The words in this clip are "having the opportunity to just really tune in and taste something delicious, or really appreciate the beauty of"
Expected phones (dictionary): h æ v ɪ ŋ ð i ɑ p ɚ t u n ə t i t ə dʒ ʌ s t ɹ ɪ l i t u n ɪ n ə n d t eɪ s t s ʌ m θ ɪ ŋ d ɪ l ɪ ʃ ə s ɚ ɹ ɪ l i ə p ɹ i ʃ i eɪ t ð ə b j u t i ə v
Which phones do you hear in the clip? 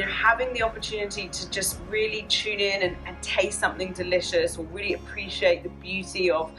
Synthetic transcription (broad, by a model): h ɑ v ɪ ŋ ð i ɑ p ɚ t u n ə t i t ə dʒ ʌ s t ɹ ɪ l i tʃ u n ɪ n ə n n t eɪ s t s ʌ m θ ɪ ŋ d ɪ l ɪ ʃ ə s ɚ ɹ ɪ l i ə p ɹ i ʃ i eɪ t ð ə b j u t i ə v